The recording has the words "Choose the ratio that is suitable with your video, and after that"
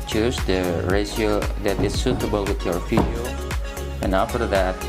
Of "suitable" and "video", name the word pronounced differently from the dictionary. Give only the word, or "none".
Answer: video